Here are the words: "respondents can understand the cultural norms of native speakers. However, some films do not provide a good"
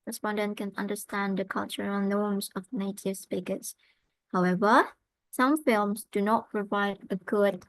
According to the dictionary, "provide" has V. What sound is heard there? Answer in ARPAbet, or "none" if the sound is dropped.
V